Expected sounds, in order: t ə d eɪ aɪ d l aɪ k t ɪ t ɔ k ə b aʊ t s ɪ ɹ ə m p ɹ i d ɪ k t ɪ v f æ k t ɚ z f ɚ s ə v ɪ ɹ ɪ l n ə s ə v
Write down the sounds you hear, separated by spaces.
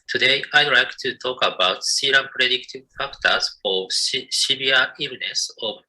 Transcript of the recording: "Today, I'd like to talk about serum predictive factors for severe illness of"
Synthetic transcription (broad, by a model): t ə d eɪ aɪ d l aɪ k t ɪ t ɔ k ə b aʊ t s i ɹ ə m p ɹ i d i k t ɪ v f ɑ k t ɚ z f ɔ ʃ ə b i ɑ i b n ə s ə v